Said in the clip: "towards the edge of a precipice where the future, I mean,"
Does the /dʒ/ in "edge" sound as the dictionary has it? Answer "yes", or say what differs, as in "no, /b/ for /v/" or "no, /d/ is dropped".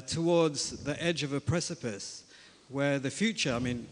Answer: yes